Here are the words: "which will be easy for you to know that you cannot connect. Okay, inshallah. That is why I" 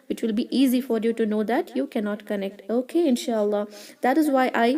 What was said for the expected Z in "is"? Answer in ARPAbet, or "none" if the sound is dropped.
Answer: Z